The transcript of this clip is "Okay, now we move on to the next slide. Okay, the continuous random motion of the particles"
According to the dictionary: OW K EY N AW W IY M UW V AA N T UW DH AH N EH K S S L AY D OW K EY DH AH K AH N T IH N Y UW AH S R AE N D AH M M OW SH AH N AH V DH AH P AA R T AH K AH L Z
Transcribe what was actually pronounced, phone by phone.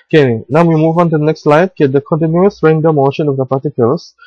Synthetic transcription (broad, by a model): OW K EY N AW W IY M UW V AA N T UW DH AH N EH K S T L AY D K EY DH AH K AH N T IH N Y UW AH S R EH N D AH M M OW SH AH N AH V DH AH P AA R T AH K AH L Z